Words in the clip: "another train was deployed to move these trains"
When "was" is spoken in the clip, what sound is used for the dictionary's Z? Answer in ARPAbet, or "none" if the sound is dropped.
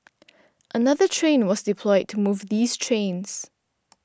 Z